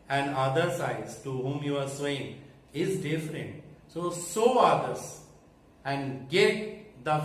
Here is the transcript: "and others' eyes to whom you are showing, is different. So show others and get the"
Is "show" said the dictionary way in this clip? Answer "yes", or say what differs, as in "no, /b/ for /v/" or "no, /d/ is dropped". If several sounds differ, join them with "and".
no, /s/ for /ʃ/